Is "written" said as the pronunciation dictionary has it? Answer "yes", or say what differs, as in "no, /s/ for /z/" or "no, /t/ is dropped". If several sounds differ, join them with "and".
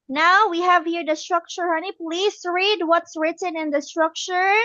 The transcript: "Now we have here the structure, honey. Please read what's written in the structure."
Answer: yes